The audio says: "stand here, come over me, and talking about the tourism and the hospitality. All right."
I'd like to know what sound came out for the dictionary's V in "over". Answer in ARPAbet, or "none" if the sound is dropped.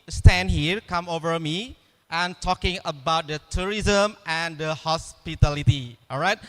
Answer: V